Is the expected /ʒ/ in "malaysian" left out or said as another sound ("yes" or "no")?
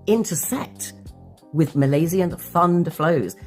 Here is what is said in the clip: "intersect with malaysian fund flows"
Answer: yes